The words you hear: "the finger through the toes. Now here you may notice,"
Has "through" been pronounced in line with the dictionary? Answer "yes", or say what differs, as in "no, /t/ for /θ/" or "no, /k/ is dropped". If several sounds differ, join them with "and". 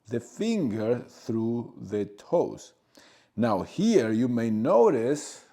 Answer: yes